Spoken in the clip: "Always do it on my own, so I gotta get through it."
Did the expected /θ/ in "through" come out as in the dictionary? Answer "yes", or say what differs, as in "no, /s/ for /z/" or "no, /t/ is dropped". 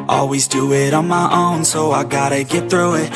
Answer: yes